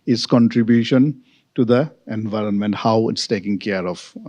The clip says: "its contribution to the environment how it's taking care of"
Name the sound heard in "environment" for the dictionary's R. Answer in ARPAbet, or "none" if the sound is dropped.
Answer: R